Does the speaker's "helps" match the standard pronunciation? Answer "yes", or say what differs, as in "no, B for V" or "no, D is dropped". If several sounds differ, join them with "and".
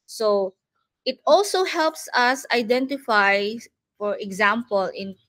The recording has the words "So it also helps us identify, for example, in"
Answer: yes